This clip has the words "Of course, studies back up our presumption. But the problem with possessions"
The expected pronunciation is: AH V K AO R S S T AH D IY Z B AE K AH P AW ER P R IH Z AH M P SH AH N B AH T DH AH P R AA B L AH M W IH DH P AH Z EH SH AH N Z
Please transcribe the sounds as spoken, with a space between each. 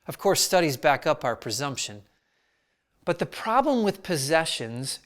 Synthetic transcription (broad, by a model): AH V K AO R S S T AH D IY Z B AE K AH P AW ER P R IH Z AH M P SH AH N B AH T DH AH P R AA B L AH M W IH DH P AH Z EH SH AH N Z